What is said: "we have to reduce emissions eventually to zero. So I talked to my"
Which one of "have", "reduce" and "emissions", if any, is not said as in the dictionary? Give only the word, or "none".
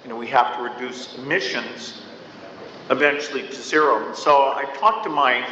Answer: have